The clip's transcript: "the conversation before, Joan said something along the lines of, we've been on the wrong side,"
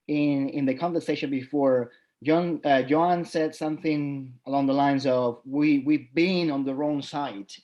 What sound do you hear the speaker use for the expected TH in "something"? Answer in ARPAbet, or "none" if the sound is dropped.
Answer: TH